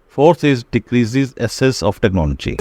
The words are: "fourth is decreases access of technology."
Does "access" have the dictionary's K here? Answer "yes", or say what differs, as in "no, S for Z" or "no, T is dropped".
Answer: no, K is dropped